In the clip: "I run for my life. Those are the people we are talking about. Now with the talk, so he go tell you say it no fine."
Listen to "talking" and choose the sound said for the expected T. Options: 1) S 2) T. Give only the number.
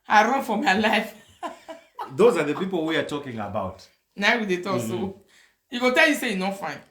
2